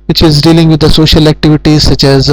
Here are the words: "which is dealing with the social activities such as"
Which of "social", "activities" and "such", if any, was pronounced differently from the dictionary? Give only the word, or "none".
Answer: none